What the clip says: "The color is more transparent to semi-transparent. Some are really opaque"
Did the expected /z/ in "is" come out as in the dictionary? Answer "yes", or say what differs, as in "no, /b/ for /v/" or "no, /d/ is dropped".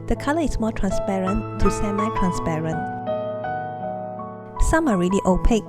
no, /s/ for /z/